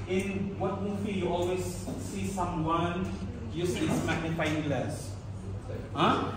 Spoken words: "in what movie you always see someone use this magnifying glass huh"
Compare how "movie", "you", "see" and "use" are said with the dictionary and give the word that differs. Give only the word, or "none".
movie